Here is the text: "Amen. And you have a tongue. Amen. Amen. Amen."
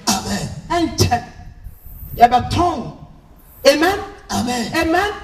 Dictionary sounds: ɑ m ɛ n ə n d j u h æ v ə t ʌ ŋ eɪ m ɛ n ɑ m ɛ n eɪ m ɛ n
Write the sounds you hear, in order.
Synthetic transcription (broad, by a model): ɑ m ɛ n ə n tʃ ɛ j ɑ b ə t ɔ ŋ eɪ m ɛ n ɑ m ɛ n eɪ m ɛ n